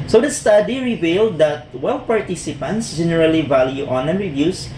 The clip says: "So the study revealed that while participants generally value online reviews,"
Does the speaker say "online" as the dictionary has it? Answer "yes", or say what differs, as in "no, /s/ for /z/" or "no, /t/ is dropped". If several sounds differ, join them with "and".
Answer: no, /l/ is dropped